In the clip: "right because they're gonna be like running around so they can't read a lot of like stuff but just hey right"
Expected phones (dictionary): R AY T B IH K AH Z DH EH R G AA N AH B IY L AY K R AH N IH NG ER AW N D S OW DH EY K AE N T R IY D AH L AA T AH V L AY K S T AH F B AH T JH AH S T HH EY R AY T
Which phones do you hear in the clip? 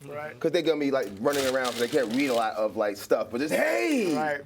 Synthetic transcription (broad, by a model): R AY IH K AH Z DH EH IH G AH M IY L AY K R AH N IH NG ER AW N D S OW DH EY K AE N T R IY D AH L AA T AH V L AY K S T AH F B AH T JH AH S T HH EY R AY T